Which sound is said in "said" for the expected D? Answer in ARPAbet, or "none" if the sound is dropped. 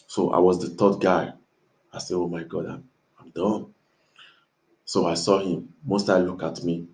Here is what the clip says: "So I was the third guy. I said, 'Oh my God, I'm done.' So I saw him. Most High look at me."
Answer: none